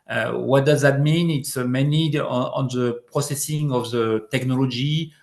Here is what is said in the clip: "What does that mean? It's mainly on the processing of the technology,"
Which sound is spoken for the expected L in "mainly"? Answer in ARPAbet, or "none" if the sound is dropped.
none